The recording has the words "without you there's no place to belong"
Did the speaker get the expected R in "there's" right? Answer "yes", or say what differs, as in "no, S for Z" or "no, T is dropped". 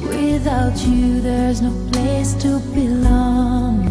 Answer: yes